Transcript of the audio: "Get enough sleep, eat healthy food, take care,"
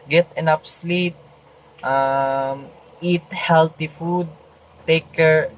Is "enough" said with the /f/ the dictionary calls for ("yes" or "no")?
no